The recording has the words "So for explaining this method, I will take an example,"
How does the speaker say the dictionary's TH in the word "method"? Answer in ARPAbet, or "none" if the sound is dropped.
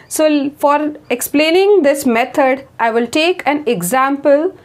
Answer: T